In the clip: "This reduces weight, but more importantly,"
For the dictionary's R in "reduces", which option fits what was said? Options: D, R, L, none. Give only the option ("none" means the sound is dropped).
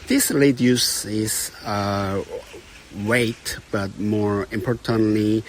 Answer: L